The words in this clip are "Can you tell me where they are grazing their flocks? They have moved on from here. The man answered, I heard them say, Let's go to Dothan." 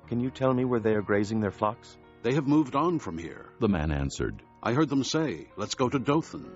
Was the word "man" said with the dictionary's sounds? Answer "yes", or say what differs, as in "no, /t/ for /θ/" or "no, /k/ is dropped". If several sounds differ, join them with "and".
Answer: yes